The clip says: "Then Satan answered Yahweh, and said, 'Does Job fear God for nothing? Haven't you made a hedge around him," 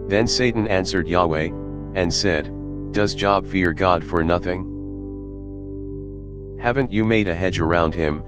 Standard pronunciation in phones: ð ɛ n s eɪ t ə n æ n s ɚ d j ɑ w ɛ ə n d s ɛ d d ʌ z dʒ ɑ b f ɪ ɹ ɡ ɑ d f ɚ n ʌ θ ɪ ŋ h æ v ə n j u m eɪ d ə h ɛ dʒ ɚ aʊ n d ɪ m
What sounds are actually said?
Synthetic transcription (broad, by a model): ð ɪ n s eɪ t n æ n s ɚ d j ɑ w ɛ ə n s ɛ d d ʌ z dʒ ɑ b f ɪ ɹ ɡ ɑ d f ɚ n ʌ θ ɪ ŋ h æ v ə n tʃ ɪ m eɪ d ə h ɛ dʒ ɚ aʊ n d ɪ m